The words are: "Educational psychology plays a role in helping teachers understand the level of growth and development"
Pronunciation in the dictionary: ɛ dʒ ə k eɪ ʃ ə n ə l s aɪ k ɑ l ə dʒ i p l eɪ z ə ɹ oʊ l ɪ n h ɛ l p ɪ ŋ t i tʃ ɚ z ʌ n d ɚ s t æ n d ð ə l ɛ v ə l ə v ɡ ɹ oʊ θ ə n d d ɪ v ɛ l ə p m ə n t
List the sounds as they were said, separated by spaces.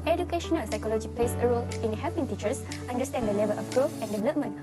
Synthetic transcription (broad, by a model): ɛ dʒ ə k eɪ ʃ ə n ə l s aɪ k ɑ l ə dʒ i p l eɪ s ə ɹ oʊ l ɪ n h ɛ p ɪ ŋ t i tʃ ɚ s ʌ n d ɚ s t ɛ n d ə l ɛ v ə l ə f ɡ ɹ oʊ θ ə n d d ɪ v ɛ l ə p m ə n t